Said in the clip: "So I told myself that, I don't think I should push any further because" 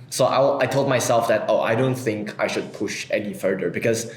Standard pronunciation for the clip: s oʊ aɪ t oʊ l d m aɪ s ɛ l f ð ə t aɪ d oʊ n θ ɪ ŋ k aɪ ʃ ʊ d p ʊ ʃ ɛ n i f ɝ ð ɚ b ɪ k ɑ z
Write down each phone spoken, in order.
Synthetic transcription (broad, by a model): s oʊ aɪ t oʊ l d m aɪ s ɛ l f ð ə t aɪ d oʊ n θ ɪ ŋ k aɪ ʃ ʊ d p ʊ ʃ ɛ n i f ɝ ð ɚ b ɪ k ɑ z